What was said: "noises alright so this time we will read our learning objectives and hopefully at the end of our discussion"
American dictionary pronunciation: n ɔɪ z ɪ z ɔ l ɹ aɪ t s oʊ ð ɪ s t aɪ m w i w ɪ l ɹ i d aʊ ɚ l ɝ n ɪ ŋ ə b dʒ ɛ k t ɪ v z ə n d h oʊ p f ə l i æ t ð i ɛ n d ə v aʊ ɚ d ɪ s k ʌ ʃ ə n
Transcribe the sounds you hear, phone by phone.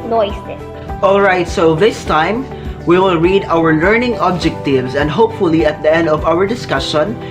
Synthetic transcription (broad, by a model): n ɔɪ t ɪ ɔ l ɹ aɪ t s oʊ ð ɪ s t aɪ m w i w ɪ l ɹ i d aʊ ɚ l ɝ n ɪ ŋ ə b dʒ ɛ k t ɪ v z ə n d h oʊ p f ə l i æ t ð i ɛ n d ə v aʊ ɚ d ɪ s k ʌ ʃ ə n